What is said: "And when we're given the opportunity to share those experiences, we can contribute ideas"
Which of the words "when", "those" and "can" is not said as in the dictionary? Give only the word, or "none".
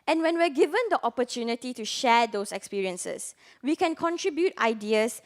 those